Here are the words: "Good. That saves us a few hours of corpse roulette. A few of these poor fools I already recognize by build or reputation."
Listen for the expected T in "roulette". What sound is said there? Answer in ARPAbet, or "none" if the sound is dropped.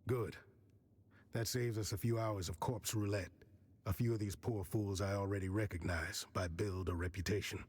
T